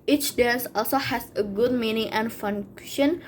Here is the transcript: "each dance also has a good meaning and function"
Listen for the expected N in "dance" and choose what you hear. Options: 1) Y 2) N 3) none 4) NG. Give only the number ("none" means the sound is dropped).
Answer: 3